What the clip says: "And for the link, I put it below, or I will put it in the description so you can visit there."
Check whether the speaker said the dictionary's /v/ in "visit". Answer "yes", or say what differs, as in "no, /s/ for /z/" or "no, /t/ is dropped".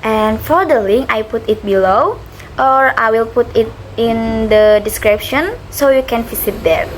no, /f/ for /v/